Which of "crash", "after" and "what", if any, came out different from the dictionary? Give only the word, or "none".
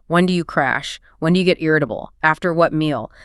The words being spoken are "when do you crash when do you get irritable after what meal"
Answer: none